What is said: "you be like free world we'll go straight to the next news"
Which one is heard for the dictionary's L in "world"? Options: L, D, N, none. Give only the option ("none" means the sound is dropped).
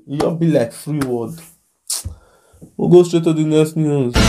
none